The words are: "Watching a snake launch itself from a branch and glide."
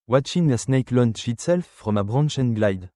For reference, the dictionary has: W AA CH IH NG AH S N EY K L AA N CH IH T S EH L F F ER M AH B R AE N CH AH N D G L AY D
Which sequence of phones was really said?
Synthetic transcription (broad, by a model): W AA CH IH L AH S N EY K L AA N SH IH T S EH L F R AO M AH B R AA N SH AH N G L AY D